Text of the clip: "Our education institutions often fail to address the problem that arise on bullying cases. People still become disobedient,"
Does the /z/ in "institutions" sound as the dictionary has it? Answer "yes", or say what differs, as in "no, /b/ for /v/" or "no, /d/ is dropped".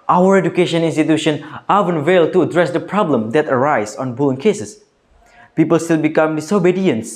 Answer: no, /z/ is dropped